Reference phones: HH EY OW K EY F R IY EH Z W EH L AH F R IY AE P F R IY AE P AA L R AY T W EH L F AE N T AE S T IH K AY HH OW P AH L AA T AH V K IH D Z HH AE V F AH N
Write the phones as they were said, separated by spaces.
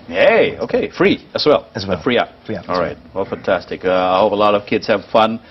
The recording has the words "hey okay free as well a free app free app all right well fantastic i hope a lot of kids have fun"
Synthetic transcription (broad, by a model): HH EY OW K EY F R IY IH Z W EH L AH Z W F R IY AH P AA L R AY T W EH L F AE N T AE S T IH K AY HH OW P AH L AA T AH V K IH D Z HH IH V F AH N